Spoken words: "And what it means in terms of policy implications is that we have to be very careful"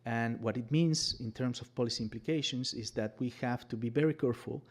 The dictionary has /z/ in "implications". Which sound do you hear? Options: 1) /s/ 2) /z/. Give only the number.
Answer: 1